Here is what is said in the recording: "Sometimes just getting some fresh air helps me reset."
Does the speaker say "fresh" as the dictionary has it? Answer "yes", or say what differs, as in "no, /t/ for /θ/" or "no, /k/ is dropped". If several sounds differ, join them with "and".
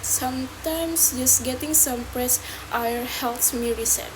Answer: no, /p/ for /f/ and /s/ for /ʃ/